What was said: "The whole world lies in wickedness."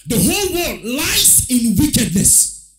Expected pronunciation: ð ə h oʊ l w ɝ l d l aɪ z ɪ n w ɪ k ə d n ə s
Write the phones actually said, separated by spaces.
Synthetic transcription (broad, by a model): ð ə h oʊ l w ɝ d l aɪ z ɪ n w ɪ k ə d n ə s